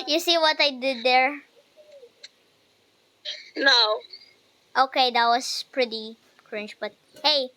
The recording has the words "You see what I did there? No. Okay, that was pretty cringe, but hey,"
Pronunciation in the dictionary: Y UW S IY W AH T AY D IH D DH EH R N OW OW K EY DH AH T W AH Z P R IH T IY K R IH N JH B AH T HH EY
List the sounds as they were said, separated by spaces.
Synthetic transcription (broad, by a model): Y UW S IY W AH T AY D IH D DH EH R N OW OW K EY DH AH T W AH S P R IH T IY K R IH N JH B AH T HH EY